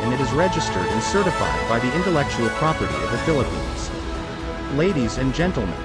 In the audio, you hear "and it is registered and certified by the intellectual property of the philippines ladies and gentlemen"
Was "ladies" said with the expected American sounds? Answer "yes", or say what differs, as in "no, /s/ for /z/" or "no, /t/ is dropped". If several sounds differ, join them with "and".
yes